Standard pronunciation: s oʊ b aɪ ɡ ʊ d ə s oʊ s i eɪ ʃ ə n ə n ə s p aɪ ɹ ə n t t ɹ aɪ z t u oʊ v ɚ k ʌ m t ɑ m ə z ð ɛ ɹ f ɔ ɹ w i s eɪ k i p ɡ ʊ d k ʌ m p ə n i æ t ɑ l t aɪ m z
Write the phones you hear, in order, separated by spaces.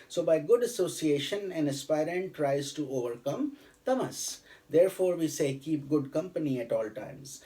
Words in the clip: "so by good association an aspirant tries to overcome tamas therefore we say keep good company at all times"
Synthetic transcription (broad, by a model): s oʊ b aɪ ɡ ʊ d ə s oʊ s i eɪ ʃ ə n ə n ə s p aɪ ɹ ə n t t ɹ aɪ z t u oʊ v ɚ k ʌ m t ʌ m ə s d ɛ ɹ f ɔ ɹ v i s eɪ k i p ɡ ʊ d k ʌ m p ə n i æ t ɑ l t aɪ m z